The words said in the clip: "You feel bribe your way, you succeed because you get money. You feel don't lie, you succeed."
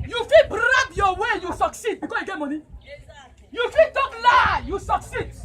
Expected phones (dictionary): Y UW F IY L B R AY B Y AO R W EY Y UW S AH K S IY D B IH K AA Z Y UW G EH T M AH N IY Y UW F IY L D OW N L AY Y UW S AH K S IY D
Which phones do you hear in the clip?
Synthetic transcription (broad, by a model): Y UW F IY L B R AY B Y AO W EY Y UW S AH K S IY D B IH K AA Y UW G EH T M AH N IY Y UW F IY L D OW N L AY Y UW S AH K S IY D